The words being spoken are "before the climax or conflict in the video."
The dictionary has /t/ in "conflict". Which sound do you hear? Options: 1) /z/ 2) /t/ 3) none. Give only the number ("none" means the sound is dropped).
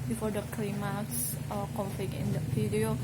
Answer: 3